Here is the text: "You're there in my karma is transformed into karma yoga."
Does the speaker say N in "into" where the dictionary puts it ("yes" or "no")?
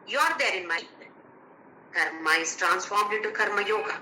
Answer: no